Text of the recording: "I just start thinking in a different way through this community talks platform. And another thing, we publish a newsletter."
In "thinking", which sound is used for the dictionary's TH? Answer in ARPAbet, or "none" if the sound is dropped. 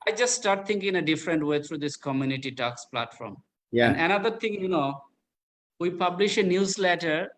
T